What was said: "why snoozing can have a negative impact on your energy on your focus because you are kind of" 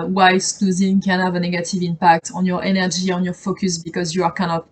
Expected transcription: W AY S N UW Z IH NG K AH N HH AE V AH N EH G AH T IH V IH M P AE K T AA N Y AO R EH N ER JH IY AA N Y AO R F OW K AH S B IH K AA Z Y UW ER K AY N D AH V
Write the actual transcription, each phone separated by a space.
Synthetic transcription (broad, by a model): W AY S L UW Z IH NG K AH N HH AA V AH N EH G AH T IH V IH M P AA K T AA N Y AO R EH N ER ZH IY AA N Y AO R F OW K AH S B IH K AA Z Y UW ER K AY N D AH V